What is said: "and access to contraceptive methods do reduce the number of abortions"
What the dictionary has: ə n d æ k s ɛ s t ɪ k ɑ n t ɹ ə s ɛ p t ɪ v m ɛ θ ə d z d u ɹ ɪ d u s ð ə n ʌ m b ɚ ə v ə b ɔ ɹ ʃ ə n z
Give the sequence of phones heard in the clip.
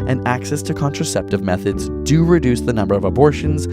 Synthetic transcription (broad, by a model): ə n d æ k s ɛ s t ɪ k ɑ n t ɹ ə s ɛ p t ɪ v m ɛ θ ə d z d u ɹ ɪ d u s ð ə n ʌ m b ɚ ə v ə b ɔ ɹ ʃ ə n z